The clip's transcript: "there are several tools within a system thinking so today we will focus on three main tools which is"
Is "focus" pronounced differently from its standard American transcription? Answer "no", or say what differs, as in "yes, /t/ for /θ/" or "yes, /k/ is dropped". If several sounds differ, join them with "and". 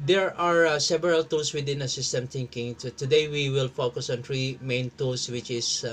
no